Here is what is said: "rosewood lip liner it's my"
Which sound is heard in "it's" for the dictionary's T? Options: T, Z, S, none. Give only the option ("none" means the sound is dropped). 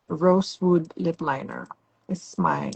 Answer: S